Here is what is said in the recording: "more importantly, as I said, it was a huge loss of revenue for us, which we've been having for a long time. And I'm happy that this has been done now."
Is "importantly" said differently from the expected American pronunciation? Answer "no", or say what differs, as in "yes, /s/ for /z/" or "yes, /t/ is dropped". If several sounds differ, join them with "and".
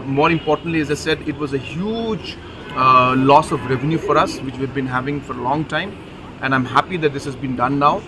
no